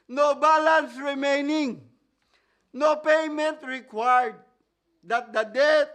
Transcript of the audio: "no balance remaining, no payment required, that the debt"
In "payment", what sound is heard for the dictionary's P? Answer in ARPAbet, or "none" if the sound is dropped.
P